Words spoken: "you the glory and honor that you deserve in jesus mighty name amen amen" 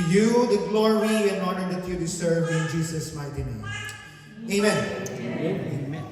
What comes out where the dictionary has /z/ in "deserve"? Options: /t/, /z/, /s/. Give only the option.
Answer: /s/